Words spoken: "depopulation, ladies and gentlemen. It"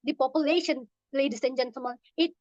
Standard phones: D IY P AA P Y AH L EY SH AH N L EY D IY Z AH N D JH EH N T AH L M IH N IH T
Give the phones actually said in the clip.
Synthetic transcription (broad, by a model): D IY P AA P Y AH L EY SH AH N L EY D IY S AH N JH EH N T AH M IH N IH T